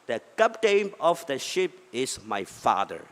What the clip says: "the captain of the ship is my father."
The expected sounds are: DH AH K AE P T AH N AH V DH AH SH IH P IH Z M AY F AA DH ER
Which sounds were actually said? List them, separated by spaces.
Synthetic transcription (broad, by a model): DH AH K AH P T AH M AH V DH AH SH IH P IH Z M AY F AA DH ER